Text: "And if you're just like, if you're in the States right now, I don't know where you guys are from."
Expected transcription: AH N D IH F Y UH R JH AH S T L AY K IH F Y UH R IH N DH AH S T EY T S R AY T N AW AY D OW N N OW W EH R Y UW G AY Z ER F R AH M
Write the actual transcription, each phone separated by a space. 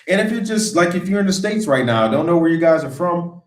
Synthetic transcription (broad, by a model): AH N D IH F Y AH R JH AH S T L AY K IH F Y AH R IH N DH AH S T EY T S R AY T N AW D OW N N OW W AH R Y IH G AY Z ER F R AH M